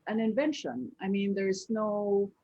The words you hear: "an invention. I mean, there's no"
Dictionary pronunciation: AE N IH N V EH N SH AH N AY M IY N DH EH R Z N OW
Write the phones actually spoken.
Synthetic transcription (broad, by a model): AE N IH N V EH N SH AH N AY M IY N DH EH R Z N OW